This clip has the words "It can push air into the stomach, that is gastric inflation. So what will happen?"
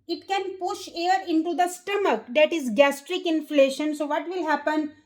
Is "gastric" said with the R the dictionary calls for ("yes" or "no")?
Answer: yes